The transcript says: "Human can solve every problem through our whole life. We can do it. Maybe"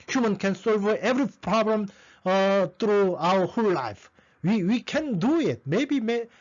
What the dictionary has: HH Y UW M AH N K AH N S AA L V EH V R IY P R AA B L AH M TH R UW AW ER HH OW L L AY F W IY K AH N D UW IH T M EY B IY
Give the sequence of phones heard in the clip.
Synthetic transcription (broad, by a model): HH Y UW M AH N K AH N S AA L V EH V R IY P R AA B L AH M T R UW AW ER HH OW L L AY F W IY K AH N D UW IH T M EY B IY